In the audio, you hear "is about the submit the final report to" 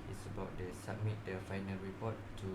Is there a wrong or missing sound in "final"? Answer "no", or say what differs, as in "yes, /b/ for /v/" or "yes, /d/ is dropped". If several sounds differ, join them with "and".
no